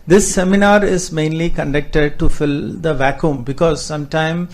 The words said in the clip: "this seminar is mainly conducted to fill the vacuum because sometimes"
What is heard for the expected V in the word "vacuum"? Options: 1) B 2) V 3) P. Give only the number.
2